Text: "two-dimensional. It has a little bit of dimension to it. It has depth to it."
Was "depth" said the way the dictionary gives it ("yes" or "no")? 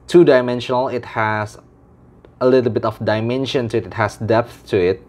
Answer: yes